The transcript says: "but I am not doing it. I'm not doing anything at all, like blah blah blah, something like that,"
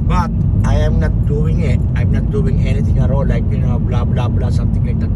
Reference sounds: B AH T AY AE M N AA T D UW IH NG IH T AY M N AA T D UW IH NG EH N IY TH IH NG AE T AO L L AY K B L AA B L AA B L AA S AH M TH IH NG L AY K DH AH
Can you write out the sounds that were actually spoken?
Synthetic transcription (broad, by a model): B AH T AY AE M N AA T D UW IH NG IH T AY M N AA T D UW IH NG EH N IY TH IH NG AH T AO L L AY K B L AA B L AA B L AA S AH M T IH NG L AY K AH